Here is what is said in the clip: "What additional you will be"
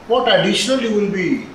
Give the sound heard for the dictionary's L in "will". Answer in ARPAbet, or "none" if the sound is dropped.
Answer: N